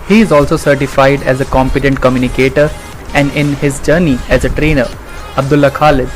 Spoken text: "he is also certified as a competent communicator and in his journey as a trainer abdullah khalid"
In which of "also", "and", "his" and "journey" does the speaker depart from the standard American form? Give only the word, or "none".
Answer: none